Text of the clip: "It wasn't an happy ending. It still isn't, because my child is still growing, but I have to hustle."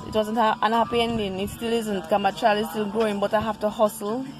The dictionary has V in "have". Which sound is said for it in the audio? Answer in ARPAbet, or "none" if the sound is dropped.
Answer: F